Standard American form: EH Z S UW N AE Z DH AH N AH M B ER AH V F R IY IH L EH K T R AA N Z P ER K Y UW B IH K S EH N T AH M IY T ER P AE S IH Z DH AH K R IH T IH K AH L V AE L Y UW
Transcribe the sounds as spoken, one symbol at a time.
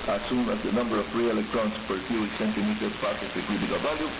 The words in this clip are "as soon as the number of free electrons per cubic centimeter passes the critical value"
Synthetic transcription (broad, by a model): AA S UW N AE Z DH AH N AH M B ER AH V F R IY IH L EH K T R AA N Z P ER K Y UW IH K S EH N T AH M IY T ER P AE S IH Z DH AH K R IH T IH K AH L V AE L Y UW